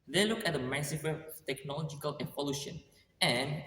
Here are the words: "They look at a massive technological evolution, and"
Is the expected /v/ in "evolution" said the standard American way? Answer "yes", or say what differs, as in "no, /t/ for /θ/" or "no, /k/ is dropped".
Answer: no, /p/ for /v/